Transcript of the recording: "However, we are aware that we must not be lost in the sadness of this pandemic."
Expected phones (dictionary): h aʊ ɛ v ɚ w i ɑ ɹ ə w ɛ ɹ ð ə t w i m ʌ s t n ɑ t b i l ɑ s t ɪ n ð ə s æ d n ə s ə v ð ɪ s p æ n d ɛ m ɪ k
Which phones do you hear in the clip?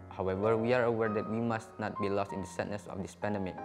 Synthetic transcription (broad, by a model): h aʊ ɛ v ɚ w i ɑ ɹ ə w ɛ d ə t w i m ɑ s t n ɑ t b i l ɑ s t ɪ n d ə s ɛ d n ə s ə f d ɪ s p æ n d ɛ m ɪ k